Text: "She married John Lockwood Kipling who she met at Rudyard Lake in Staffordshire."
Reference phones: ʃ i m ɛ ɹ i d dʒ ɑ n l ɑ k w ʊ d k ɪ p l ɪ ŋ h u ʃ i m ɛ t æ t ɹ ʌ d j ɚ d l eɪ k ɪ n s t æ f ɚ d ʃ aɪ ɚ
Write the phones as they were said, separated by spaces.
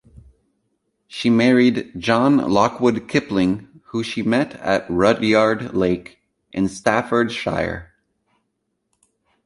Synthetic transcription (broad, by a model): ʃ i m ɛ ɹ i d dʒ ɑ n l ɑ k w ʊ d k ɪ p l ɪ ŋ h u ʃ i m ɛ t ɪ t ɹ ʌ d j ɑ d l eɪ k ɪ n s t æ f ɚ d ʃ aɪ ɚ